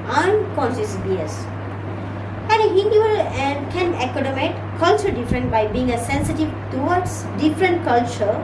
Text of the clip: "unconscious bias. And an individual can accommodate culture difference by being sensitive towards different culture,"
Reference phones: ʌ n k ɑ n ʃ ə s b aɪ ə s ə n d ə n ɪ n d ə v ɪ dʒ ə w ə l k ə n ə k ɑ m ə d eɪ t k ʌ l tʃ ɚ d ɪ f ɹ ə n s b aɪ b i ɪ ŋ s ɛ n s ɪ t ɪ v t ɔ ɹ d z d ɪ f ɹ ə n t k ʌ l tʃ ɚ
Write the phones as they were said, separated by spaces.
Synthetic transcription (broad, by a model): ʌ n k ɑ n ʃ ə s b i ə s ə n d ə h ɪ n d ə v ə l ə n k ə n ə k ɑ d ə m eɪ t k ʌ l tʃ ɚ d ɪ f ɹ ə n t b aɪ b i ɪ ŋ s ɛ n s ɪ t ɪ v t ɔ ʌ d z d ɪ f ɹ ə n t k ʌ l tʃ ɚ